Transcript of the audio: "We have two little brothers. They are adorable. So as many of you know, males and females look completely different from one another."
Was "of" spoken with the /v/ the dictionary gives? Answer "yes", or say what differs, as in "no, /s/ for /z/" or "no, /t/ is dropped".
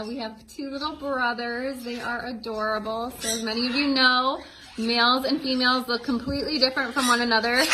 yes